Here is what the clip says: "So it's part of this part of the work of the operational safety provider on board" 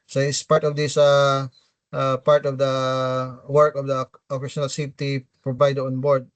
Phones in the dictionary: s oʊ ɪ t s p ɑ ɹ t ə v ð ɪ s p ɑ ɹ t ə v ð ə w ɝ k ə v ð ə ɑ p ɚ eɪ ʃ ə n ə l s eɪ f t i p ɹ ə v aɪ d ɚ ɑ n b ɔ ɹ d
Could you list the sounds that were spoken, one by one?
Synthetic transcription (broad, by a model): s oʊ ɪ t s p ɑ ɹ t ə v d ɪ s p ɑ ɹ t ə v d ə w ɝ k ə v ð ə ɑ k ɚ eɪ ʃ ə n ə l s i t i p ɹ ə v aɪ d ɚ ɑ n b ɔ ɹ d